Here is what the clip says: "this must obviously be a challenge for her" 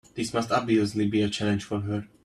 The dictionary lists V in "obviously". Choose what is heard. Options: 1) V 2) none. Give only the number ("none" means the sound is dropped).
2